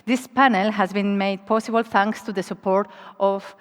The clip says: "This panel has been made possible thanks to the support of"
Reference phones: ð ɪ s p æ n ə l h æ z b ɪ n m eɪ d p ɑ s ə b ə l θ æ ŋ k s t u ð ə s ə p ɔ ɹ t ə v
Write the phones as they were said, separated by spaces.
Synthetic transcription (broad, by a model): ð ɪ s p æ n ə l h æ z b ɪ n m eɪ d p ɑ s ə b ə l θ æ ŋ k s t u ð ə s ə p ɔ ɹ t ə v